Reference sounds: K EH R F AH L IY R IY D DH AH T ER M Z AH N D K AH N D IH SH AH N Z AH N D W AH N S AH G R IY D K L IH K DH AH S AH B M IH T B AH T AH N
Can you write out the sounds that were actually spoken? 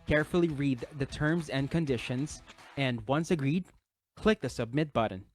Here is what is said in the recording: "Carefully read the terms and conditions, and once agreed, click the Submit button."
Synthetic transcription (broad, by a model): K EH R F L IY R IY D DH AH T ER M Z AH N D K AH N D IH SH AH N Z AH N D W AH N S AH G R IY D K L IH K DH AH S AH B M IH T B AH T N